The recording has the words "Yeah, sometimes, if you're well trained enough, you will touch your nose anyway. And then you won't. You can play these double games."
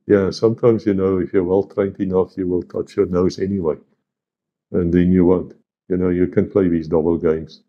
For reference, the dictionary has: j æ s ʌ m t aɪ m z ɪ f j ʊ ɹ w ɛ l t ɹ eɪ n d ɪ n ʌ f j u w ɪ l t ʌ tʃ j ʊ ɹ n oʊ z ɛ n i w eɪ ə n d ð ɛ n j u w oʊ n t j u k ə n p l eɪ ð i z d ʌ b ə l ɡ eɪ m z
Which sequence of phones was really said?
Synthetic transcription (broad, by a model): j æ s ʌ m t aɪ m z ɪ f j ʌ ɹ w ɛ l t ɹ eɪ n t ɪ n ʌ f j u w ɪ l t ʌ tʃ j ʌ ɹ n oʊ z ɛ n i w eɪ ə n ð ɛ n j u w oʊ n t j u k ə n p l eɪ ð i z d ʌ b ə l ɡ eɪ m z